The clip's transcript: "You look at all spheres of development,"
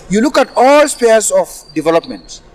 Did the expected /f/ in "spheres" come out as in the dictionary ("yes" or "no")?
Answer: no